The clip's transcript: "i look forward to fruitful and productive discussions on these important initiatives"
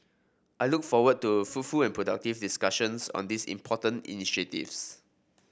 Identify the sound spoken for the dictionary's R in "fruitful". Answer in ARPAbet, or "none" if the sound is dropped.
none